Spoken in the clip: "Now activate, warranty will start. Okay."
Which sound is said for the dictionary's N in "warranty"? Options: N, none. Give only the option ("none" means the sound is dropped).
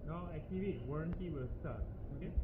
N